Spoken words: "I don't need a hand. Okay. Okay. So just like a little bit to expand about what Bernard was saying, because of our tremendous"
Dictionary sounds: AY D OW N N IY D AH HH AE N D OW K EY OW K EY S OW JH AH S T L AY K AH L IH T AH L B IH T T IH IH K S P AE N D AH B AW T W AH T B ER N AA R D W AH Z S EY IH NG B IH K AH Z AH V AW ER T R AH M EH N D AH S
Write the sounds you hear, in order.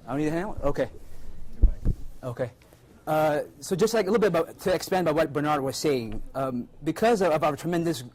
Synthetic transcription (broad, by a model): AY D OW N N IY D AH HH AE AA OW K EY OW K EY S OW JH AH S T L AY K AH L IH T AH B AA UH T IH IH K S P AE N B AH IH W AH T B ER N AA R D W AH Z S EY IH NG B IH K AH Z AH V AW ER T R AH M EH N D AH S